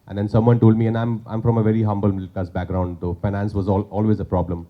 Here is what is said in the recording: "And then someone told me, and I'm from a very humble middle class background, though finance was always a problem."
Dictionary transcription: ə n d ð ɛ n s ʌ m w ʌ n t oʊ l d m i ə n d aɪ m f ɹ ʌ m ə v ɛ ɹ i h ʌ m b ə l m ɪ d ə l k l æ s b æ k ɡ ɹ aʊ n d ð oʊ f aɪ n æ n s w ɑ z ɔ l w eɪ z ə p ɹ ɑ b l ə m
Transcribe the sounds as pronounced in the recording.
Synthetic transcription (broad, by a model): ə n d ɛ n s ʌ m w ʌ n t oʊ l d m i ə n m aɪ m f ɹ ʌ m ə v ɛ ɹ i h ʌ m b ə l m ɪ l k ɑ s b æ k ɡ ɹ aʊ n d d oʊ f aɪ n æ n s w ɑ z ɔ l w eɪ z ə p ɹ ɑ b l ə m